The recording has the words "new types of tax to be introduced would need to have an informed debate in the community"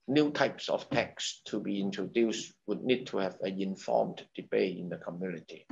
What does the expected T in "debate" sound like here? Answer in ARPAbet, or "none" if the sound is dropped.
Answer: none